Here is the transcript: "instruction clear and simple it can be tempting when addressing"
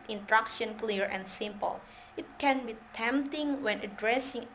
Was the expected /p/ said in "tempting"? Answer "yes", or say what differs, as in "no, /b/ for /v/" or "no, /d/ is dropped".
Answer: yes